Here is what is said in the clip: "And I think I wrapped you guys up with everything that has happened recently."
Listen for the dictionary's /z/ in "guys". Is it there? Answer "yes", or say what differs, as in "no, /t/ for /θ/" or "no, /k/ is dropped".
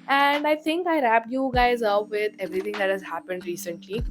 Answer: yes